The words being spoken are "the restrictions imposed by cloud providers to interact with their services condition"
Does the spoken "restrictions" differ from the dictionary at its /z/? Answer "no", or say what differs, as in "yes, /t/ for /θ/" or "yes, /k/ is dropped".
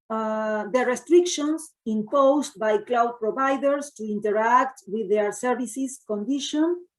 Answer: yes, /s/ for /z/